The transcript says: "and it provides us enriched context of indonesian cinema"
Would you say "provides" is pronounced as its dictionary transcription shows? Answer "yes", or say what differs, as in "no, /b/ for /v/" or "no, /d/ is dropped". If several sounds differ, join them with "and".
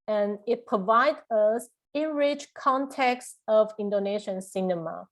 no, /z/ is dropped